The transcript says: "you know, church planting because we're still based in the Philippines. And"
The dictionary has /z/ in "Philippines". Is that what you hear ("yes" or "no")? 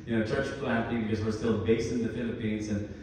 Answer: yes